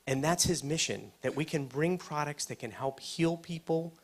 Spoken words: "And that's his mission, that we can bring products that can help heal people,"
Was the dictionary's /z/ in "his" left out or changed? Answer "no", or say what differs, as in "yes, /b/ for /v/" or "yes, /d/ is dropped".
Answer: no